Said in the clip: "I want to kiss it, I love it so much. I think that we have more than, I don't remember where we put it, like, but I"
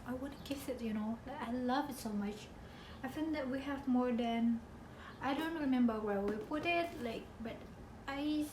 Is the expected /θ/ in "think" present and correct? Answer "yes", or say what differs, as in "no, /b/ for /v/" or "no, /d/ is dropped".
no, /f/ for /θ/